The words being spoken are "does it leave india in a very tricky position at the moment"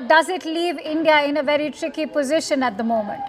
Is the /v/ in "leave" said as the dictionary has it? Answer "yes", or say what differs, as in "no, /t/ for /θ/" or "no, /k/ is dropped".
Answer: yes